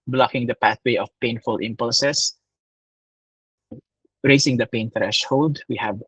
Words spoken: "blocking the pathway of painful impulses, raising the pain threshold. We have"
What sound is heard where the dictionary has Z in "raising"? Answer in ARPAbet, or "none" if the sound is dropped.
S